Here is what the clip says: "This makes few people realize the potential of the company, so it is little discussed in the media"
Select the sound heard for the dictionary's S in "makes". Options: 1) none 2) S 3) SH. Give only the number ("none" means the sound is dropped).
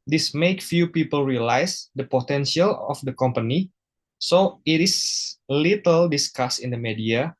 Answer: 1